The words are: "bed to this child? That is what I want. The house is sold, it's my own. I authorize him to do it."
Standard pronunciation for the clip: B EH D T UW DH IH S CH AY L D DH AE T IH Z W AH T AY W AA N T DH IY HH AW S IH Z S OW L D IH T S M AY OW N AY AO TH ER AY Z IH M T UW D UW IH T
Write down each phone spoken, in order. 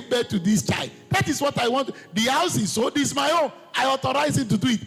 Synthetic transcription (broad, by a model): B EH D T UW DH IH S CH AY L D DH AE T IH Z W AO T AY W AA N T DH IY HH AW S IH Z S OW D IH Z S M AY OW N AY AO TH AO AY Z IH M T UW D UW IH T